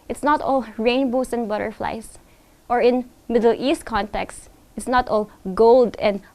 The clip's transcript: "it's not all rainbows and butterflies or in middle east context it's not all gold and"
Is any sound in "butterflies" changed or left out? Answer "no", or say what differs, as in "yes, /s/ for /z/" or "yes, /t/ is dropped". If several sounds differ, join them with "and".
yes, /s/ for /z/